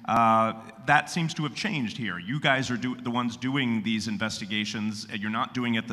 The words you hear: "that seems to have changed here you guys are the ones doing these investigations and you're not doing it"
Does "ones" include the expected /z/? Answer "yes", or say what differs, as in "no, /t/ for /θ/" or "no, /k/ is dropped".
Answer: yes